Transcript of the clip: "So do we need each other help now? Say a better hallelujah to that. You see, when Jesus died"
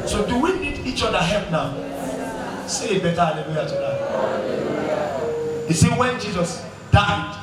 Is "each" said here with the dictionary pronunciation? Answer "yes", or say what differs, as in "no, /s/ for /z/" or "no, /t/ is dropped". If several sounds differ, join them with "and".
yes